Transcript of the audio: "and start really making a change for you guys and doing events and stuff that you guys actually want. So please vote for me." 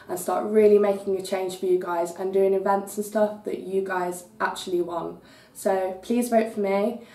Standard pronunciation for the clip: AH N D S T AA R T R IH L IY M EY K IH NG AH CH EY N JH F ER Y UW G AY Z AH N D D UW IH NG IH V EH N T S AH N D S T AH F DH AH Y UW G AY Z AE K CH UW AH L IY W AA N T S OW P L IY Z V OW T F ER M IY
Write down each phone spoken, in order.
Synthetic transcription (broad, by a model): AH N S T AA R T R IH L IY M EY K IH NG AH CH EY N ZH F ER Y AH G AY Z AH N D D UW IH NG IH V EH N T S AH N S T AH F DH AH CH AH G AY Z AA K CH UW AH L IY W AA N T S OW P L IY Z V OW T F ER M IY